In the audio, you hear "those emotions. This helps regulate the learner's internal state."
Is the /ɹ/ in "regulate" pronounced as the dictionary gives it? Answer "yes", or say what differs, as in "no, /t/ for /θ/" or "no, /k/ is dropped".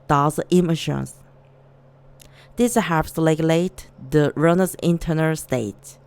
no, /l/ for /ɹ/